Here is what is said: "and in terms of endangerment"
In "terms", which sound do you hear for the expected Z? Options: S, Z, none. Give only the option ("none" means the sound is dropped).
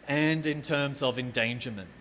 Z